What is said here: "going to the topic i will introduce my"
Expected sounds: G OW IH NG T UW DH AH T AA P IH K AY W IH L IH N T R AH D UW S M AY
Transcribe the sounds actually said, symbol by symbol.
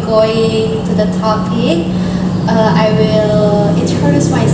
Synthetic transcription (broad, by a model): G OW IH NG T UW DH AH T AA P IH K AY W IH L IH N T AH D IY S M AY